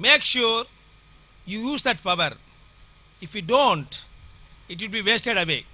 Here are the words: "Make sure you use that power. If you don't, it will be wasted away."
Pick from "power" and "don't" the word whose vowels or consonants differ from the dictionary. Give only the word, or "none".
power